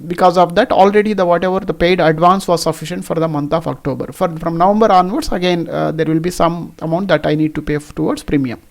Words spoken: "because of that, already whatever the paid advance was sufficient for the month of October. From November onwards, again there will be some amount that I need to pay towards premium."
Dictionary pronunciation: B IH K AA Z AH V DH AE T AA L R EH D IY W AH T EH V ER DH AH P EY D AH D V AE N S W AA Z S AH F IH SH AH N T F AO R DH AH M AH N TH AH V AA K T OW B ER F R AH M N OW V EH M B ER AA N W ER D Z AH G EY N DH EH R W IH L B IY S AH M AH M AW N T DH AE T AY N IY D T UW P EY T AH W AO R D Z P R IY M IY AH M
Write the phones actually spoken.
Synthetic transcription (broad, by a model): B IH K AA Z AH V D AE T AA L R EH D IY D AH T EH V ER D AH P EY D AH D V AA N S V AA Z S AH F IH SH AH N T F AO R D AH M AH N T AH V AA K T OW B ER F R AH M N OW V EH M B ER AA N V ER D S AH G EY N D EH R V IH L B IY S AH M AH M AW N T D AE T AY N IY D T UW P EY T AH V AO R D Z P R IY M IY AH M